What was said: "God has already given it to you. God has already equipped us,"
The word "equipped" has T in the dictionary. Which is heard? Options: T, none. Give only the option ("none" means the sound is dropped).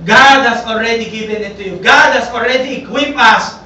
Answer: none